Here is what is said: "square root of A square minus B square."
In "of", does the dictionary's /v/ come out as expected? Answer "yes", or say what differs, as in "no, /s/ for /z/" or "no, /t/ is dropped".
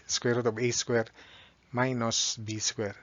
no, /b/ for /v/